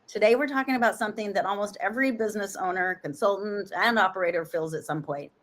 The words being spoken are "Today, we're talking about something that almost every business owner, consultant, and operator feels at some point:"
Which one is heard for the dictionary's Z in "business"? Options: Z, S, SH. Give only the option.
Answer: Z